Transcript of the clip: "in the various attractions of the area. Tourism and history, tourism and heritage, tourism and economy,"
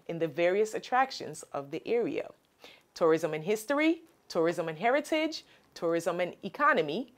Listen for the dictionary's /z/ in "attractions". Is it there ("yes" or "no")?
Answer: yes